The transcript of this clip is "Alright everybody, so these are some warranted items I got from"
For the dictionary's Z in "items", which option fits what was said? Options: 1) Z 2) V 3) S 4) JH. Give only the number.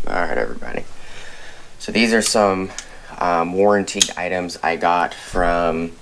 1